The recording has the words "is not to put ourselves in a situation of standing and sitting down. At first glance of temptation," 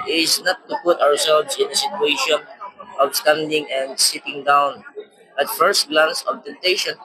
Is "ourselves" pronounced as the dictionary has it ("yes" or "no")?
no